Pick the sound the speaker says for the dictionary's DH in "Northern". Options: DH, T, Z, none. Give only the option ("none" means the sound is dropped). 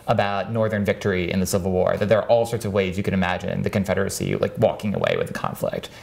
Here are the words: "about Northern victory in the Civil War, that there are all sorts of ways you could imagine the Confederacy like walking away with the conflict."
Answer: DH